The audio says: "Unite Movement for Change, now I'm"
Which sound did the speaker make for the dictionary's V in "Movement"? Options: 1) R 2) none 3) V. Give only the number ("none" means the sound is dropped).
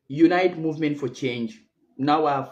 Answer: 3